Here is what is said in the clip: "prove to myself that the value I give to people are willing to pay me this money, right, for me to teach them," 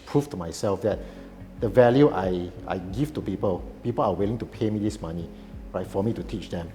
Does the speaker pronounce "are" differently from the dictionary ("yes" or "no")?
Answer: yes